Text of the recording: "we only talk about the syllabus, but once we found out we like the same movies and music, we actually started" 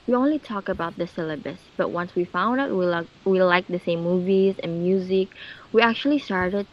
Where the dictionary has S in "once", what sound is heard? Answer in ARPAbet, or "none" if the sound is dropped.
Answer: S